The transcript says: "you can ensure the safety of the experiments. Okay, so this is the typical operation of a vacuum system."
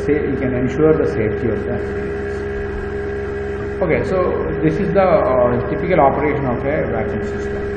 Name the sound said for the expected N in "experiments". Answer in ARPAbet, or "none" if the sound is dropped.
none